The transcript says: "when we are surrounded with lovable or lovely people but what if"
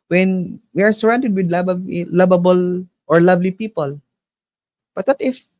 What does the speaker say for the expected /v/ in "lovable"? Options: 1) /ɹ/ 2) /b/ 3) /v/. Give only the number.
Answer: 2